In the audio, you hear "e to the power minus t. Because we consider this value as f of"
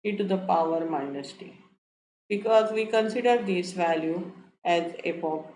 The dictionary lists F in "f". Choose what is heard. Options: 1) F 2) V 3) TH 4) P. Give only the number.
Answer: 4